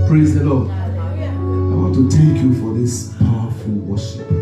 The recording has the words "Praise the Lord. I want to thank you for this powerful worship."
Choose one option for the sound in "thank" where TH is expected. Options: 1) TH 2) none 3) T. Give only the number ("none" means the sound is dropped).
3